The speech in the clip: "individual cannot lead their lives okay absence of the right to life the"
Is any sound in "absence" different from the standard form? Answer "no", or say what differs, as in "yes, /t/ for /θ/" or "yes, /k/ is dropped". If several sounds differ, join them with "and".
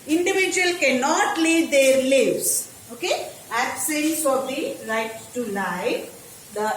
yes, /l/ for /n/